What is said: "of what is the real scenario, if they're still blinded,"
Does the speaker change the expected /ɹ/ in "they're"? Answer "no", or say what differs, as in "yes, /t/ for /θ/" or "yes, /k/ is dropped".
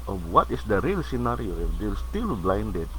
yes, /l/ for /ɹ/